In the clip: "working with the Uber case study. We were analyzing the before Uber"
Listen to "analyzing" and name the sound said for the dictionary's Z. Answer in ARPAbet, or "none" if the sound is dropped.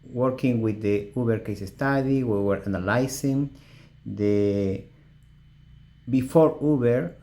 S